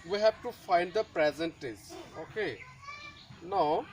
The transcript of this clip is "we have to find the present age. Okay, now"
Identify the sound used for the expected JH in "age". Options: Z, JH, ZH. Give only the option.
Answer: Z